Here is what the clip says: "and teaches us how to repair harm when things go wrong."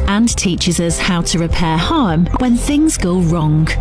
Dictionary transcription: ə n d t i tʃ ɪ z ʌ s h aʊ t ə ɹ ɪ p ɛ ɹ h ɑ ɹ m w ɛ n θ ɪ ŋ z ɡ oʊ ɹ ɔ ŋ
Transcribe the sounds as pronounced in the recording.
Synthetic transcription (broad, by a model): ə n t i tʃ ɪ z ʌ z h aʊ t ə ɹ ɪ p ɛ h ɑ m w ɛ n θ ɪ ŋ z ɡ oʊ ɹ ɔ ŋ